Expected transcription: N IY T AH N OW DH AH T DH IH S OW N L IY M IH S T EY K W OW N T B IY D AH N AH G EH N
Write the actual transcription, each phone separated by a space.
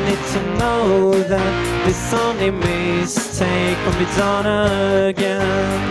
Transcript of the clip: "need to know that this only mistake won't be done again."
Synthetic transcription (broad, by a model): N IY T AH N OW DH AH T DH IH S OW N IY M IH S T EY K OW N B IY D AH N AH G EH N